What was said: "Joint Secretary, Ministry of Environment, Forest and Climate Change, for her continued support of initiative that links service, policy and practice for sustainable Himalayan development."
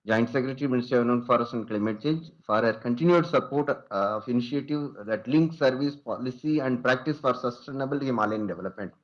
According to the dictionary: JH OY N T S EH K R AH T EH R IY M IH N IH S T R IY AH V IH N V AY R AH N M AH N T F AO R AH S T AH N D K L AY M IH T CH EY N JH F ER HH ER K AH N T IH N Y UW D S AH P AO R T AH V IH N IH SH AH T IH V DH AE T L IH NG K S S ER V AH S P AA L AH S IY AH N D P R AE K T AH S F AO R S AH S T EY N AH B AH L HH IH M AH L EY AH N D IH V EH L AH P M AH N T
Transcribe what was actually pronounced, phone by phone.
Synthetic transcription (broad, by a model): JH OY N T S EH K R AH T R IY M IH N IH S T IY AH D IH V N AH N F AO R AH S AH N D K L AY M IH T CH EY N JH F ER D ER K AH N T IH N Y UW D S AH P AO R T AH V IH N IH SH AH T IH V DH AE T L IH NG K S S ER V AH S P AA L AH S IY AH N D P R AE K T AH S F AO R S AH S T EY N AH B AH L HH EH M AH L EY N D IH V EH L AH P M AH N T